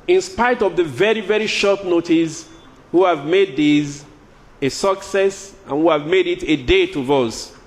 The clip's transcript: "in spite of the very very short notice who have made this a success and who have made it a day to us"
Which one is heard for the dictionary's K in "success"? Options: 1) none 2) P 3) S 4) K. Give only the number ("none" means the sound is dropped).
4